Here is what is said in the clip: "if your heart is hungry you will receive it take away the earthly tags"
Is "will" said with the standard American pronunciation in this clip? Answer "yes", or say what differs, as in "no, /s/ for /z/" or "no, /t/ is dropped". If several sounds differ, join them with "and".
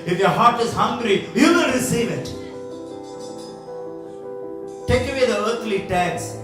no, /n/ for /l/